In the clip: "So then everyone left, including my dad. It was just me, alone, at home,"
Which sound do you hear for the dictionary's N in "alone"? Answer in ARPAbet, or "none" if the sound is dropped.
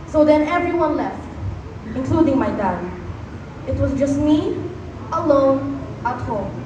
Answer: N